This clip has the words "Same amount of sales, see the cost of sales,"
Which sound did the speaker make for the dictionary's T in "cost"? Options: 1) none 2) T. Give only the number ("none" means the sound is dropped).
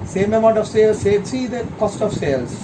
2